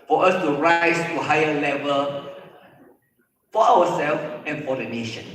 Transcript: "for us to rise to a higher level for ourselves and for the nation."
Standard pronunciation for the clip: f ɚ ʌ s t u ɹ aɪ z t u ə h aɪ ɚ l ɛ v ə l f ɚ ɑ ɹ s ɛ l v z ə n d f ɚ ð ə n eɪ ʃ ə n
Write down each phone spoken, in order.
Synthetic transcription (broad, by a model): f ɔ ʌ s t u ɹ aɪ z t u h aɪ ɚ l ɛ v ə l f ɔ ɑ w s ɛ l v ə n f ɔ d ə n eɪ ʃ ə n